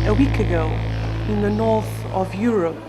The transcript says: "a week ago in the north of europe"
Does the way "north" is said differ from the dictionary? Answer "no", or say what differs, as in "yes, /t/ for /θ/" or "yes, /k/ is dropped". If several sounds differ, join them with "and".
no